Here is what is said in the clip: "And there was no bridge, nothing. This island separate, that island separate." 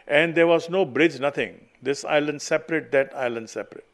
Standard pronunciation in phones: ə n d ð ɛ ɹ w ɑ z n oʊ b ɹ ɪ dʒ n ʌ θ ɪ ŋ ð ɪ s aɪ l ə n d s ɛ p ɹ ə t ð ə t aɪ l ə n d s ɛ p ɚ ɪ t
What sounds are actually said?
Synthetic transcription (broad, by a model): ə n d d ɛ ɹ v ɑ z n oʊ b ɹ ɪ dʒ n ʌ t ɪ ŋ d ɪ s aɪ l ə n d s ɛ p ɹ ə t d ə t aɪ l ə n d s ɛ p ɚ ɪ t